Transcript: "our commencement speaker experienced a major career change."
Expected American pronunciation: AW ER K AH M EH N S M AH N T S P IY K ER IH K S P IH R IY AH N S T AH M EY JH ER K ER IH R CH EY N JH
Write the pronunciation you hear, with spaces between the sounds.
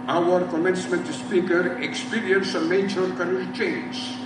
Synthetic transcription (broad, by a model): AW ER K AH M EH N S M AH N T S P IY K ER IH K S P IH R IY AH N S AH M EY CH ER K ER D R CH EY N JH